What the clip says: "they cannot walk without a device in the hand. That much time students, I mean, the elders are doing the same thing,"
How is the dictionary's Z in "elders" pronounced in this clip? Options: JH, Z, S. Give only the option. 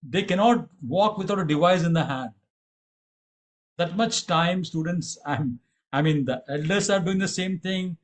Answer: S